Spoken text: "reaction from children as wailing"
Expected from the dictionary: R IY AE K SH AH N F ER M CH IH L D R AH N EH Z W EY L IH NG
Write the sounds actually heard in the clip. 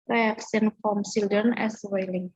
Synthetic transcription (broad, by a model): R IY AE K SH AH N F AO M S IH L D AH N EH S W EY L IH NG